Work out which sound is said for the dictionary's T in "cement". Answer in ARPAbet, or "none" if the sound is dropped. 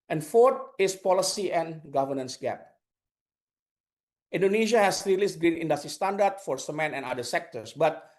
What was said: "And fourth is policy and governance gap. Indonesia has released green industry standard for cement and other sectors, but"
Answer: none